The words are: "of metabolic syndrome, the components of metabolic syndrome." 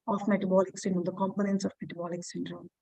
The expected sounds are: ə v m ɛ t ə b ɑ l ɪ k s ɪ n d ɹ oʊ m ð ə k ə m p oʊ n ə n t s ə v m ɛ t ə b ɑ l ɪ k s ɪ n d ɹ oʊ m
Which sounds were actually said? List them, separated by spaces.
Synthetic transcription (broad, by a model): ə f m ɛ t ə b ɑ l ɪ k s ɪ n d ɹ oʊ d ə k ə m p oʊ n ə n t s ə f m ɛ t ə b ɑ l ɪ k s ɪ n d ɹ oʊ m